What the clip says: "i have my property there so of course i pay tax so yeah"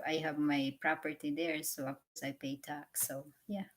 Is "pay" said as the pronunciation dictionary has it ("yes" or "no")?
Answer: yes